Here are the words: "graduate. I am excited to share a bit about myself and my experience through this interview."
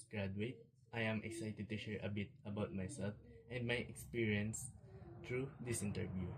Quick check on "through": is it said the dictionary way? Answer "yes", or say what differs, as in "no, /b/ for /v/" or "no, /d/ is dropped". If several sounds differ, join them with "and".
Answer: no, /t/ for /θ/